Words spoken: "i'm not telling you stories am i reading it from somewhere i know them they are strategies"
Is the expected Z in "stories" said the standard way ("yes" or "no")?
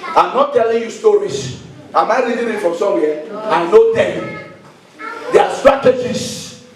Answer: no